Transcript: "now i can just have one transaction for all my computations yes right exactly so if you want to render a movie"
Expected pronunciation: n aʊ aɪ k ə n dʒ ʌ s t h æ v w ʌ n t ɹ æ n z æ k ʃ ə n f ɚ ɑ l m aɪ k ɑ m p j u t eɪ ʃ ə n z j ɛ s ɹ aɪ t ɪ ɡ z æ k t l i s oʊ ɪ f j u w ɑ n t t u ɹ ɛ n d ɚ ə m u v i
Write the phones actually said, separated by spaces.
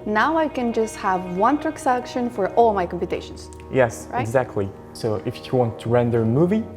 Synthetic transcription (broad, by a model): n aʊ aɪ k ə n dʒ ʌ s t h æ v w ʌ n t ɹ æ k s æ k ʃ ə n f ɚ ɑ l m aɪ k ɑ m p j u t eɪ ʃ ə n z j ɛ s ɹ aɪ ɪ ɡ z æ k t l i s oʊ ɪ f j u w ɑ n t t u ɹ ɛ n d ɚ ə m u v i